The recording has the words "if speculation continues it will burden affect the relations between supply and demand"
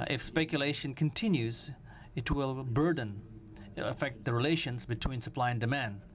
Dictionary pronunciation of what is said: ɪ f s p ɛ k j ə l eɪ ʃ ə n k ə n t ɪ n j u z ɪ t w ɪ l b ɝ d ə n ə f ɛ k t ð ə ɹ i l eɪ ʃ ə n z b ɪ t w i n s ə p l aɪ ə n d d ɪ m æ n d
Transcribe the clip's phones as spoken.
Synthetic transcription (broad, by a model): ɪ f s p ɛ k j ə l eɪ ʃ ə n k ə n t ɪ n j u z ɪ t w ɪ l b ɝ d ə n ə f ɛ k t ð ə ɹ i l eɪ ʃ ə n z b ɪ t w i n s ə p l aɪ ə n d d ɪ m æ n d